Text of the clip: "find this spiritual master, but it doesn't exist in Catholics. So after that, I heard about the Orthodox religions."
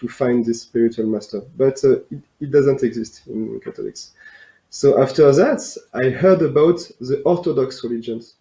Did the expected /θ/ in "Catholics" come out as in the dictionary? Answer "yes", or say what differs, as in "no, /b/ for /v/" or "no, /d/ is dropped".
no, /t/ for /θ/